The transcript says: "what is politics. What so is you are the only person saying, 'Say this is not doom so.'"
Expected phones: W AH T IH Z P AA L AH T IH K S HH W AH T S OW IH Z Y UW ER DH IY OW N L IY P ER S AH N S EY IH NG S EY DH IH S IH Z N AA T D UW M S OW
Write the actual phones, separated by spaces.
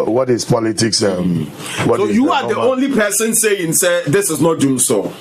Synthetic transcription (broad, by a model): W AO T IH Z P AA L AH T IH K S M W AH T S OW Y UW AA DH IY OW N L IY P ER S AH N S EY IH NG S EY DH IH S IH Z N AA T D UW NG S OW